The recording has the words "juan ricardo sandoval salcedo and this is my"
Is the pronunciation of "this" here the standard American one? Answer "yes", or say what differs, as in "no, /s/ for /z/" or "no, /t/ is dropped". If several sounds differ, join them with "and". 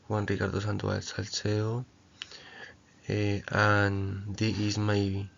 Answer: no, /s/ is dropped